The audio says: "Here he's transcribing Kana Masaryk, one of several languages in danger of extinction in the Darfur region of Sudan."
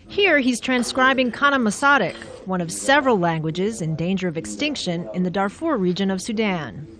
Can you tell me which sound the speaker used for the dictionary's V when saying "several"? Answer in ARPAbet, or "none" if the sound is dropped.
V